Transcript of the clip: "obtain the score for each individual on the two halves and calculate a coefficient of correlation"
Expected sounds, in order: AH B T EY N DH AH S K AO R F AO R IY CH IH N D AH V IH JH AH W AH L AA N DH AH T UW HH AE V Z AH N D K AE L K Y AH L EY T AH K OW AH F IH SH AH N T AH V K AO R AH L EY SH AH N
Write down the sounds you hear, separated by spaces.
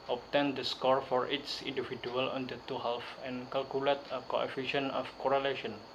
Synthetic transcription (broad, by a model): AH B T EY N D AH S K AO R F AO R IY S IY N D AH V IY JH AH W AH L AA N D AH T UW HH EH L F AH N K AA L K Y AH L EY T AH K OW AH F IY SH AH N AH F K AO R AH L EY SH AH N